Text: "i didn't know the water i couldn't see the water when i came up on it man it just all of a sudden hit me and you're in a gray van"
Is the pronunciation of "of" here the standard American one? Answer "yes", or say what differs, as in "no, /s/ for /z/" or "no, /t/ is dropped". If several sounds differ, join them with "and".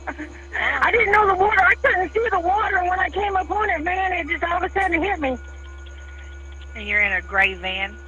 no, /w/ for /v/